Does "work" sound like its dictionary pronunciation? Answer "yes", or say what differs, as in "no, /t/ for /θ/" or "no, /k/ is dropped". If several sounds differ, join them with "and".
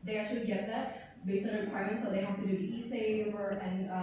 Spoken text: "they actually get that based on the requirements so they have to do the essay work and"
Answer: no, /k/ is dropped